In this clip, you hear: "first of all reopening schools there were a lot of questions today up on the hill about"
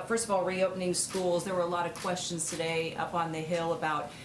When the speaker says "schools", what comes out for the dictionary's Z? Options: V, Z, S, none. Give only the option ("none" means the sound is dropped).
Z